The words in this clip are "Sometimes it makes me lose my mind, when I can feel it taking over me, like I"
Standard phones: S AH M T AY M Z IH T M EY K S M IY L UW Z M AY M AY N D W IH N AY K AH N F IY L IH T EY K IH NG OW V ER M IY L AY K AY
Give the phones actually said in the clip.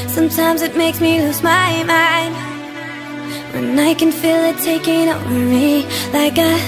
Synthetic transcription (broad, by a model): S AH M T AY M Z IH T M EY K S M IY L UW S M AY M AY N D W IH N AY K AH N F IY L IH T EY K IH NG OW W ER M IY L AY K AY